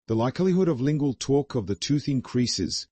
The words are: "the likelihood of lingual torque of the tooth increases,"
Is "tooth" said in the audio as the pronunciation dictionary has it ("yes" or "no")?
yes